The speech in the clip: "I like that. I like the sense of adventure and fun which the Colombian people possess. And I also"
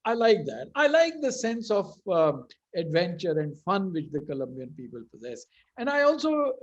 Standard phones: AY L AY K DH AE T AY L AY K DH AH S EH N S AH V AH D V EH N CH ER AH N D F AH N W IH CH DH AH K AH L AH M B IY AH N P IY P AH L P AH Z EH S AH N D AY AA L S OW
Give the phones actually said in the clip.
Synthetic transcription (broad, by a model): AY L AY K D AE T AY L AY K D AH S EH N S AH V AH D V EH N CH ER AH N D F AH N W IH CH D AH K AH L AH M B IY AH N P IY P AH L P AH Z EH S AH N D AY AA L S OW